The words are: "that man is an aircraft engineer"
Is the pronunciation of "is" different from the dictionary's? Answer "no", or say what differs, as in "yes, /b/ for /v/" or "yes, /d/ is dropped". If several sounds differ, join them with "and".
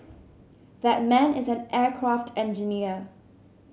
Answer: no